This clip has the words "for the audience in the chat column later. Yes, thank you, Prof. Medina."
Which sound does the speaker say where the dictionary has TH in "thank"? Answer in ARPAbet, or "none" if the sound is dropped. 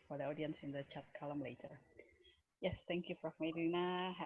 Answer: T